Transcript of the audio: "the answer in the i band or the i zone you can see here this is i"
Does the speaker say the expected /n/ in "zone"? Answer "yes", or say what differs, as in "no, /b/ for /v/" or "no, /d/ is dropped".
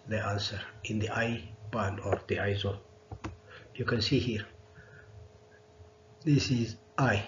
no, /l/ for /n/